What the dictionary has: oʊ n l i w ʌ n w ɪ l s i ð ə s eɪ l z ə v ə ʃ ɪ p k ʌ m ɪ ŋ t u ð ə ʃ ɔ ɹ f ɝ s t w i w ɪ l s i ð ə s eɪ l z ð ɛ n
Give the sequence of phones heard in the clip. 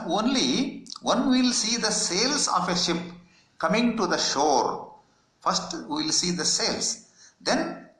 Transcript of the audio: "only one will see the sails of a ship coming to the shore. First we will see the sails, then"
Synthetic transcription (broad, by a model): oʊ n l i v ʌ n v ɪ l s i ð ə s eɪ l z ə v ə ʃ ɪ p k ʌ m ɪ ŋ t u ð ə ʃ ɔ ɹ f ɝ s t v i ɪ l s i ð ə s eɪ l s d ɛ n